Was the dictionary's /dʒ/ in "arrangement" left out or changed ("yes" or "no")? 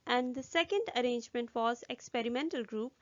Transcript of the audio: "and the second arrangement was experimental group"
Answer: no